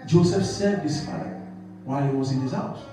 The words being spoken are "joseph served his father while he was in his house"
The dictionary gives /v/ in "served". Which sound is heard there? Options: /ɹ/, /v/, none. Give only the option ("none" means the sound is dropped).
none